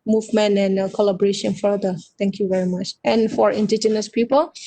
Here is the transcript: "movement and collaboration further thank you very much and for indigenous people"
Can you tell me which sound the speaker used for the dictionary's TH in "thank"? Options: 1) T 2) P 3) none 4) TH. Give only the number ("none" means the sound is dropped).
1